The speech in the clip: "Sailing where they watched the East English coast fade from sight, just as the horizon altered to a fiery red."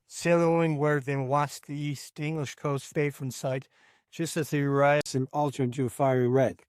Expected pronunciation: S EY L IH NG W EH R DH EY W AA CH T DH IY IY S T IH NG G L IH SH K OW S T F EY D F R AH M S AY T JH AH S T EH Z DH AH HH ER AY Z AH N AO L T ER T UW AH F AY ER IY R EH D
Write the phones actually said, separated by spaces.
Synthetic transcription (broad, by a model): S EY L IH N W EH R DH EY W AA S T DH IY IY S T IH NG G L IH SH K OW S T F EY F R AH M S AY T JH AH S T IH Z DH AH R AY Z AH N AO L T ER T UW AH F AY ER IY R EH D